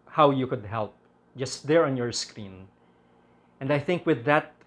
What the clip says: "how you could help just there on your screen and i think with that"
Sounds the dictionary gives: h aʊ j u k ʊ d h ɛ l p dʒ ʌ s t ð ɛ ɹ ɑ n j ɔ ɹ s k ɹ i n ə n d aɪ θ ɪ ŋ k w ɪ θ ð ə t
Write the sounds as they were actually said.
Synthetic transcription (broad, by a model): h aʊ j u k ʊ d h ɛ l p dʒ ʌ s t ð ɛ ɹ ɑ n j ɔ ɹ s k ɹ i n ə n d aɪ θ ɪ ŋ k w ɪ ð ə t